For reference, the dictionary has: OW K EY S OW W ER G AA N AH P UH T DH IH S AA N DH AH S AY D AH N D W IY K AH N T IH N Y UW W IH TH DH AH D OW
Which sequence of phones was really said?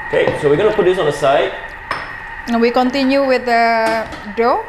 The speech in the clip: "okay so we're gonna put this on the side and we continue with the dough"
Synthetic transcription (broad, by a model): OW K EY S OW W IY G AA N AH P UH T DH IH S AA N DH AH S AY AH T W IY K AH N T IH N Y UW W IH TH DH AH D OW